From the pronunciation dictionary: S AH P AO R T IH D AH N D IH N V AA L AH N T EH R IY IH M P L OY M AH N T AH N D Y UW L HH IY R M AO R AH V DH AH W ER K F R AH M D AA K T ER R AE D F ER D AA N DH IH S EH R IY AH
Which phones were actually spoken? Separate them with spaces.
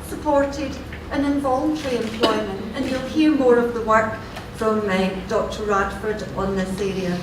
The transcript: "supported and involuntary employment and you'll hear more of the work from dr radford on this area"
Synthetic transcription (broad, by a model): S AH P AO R T IH D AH N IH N V AA L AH N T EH R IY IH M P L OY M AH N T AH N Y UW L HH IY R M AO R AH V DH AH W ER K F R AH M D AA K T ER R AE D F ER D N DH IH S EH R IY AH